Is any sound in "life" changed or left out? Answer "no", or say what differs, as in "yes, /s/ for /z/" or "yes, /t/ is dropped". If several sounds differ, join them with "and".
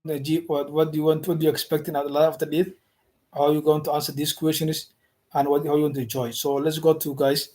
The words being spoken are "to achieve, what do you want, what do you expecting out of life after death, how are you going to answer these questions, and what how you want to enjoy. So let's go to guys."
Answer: yes, /f/ is dropped